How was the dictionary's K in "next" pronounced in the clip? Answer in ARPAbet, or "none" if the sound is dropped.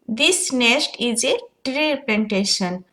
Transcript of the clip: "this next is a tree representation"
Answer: none